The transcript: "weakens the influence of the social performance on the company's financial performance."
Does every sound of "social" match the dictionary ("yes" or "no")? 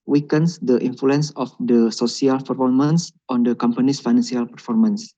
no